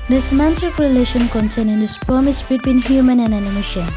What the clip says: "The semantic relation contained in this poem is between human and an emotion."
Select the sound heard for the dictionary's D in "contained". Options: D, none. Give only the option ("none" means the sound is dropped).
none